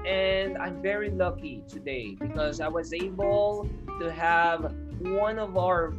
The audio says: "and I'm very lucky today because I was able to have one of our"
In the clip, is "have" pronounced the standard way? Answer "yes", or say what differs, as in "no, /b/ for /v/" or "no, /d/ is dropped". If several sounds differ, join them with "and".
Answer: yes